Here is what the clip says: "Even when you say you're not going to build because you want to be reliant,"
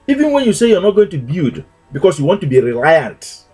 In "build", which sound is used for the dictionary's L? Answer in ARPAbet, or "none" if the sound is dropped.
none